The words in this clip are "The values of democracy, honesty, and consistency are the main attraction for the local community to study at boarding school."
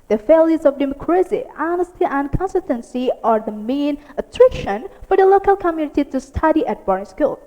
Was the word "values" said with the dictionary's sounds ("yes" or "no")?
no